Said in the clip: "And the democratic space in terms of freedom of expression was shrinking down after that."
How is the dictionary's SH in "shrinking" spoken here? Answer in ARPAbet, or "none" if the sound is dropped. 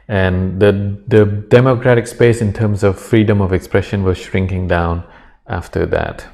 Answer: SH